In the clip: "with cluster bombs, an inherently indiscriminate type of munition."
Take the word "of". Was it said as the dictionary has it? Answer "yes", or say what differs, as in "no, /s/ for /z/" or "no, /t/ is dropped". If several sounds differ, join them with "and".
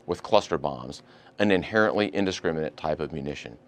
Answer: yes